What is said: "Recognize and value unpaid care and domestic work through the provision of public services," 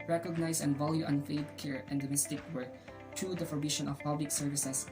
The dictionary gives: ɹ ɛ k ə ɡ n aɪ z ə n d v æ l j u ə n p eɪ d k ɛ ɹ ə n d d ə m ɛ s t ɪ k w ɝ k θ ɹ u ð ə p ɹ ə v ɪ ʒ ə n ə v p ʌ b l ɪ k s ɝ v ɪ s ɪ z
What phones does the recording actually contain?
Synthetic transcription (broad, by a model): ɹ ɛ k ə ɡ n aɪ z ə n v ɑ l j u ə n f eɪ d k ɛ ɹ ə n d d ə m ɛ s t ɪ k w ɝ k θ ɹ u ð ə f ɹ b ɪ ʃ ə n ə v p ʌ b l ɪ k s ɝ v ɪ s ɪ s